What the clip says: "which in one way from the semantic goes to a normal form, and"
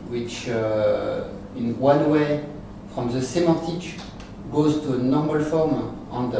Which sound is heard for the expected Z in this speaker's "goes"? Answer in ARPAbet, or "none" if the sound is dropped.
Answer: Z